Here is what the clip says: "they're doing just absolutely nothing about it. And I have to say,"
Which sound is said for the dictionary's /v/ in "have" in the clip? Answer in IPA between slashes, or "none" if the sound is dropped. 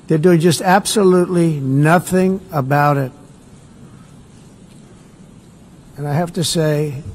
/f/